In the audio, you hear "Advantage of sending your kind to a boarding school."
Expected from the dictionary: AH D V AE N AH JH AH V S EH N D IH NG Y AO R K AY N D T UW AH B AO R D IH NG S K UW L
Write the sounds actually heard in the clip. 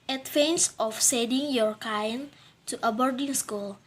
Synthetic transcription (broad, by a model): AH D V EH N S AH F S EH D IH NG Y AO R K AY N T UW AH B AO R D IH NG S K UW L